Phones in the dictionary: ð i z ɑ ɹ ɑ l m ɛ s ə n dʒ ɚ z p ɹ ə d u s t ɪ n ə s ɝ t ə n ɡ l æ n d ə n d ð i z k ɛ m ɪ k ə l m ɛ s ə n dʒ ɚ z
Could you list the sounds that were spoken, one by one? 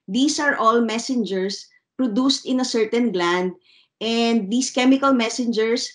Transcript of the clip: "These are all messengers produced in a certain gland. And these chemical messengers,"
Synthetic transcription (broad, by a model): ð i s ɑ ɹ ɑ l m ɛ s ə n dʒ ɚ s p ɹ ə d u s t ɪ n ə s ɝ t ə n ɡ l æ n d ə n d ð i s k ɛ m ɪ k ə l m ɛ s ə n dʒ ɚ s